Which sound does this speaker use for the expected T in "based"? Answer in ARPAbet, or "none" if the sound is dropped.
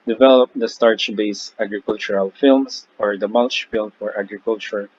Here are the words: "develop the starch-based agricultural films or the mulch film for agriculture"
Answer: none